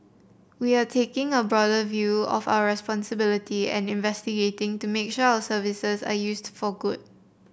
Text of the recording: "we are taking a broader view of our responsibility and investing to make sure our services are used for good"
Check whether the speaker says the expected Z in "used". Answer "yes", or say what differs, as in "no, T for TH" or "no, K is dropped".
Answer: no, S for Z